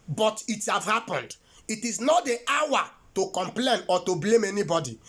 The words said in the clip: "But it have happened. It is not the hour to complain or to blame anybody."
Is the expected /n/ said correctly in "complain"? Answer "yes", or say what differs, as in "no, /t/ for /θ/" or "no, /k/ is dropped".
yes